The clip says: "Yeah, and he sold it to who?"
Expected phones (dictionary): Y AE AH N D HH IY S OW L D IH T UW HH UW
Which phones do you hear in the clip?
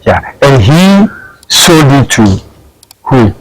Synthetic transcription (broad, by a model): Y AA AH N HH IY S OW D IH T UW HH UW